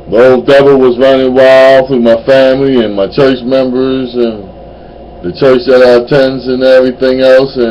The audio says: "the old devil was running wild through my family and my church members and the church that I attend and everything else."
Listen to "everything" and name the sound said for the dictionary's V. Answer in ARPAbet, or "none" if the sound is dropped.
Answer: V